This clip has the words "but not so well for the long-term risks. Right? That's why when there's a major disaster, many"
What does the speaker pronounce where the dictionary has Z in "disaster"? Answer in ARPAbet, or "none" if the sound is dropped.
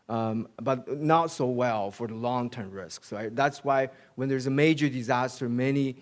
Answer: Z